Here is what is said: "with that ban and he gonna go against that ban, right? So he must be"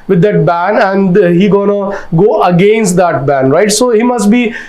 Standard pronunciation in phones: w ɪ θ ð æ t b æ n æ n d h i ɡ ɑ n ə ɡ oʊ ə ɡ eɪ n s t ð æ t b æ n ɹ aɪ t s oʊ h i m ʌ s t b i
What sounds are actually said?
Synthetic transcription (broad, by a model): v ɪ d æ t b æ n æ n d h i ɡ ɑ n ə ɡ oʊ ə ɡ eɪ n s t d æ t b æ n ɹ aɪ t s oʊ h i m ʌ s t b i